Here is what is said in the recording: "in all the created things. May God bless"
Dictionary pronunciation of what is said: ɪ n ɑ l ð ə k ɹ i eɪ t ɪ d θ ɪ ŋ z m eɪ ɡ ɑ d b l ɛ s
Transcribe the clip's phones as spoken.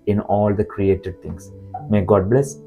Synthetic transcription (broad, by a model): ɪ n ɑ l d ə k ɹ i eɪ t ɪ d t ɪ ŋ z m eɪ ɡ ɑ d b l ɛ s